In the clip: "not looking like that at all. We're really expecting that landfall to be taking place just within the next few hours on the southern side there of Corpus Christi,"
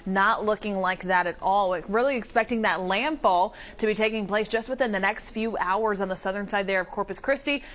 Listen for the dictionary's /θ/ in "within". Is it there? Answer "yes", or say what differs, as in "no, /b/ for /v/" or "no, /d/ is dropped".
yes